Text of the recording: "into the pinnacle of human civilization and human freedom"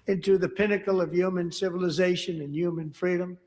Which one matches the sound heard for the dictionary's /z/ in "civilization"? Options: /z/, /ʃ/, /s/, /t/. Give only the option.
/z/